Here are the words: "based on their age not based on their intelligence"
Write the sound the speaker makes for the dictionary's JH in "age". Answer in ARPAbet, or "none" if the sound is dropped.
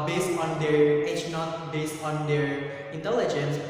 CH